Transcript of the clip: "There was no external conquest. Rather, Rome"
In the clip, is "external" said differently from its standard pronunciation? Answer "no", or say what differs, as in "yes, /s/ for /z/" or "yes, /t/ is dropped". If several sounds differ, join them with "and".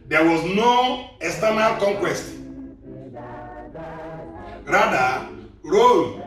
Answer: yes, /k/ is dropped